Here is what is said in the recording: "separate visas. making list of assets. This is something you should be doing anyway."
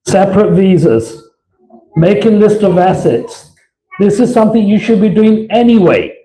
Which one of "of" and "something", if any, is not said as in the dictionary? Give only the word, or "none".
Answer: none